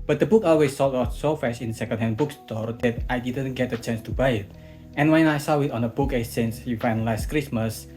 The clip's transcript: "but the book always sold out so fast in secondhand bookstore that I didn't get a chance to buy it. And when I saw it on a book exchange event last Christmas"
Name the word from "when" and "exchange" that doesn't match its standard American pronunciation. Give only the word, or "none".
exchange